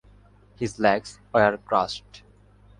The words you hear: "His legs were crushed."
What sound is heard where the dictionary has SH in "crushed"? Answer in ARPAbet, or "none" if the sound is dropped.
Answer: S